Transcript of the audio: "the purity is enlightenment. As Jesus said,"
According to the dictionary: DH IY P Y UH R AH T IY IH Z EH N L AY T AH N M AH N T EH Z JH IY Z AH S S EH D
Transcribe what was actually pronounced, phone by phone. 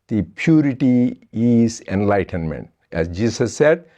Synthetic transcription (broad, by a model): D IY P Y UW R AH T IY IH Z EH N L AY T AH N M AH N T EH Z JH IY S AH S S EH D